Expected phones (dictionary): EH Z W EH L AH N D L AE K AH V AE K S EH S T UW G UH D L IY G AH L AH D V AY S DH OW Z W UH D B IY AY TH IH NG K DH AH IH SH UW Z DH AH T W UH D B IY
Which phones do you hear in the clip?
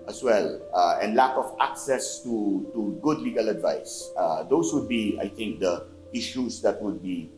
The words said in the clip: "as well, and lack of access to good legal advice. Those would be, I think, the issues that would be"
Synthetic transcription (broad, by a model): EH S W EH L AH N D L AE K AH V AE K S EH S T UW G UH D L IY G AH L AH D V AY S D OW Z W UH D B IY AY T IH NG K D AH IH SH UW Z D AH T W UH D B IY